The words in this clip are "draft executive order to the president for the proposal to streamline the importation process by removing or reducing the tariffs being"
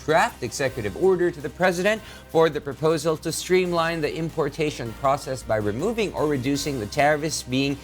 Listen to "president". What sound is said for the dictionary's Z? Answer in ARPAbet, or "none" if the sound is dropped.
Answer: Z